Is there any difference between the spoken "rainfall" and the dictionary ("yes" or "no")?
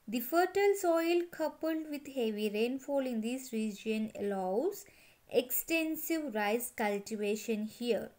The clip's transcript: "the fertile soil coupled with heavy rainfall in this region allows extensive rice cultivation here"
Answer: no